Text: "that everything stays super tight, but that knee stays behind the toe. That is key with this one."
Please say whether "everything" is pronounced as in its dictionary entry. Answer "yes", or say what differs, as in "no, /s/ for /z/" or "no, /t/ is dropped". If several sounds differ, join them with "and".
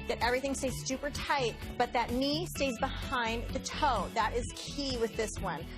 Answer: yes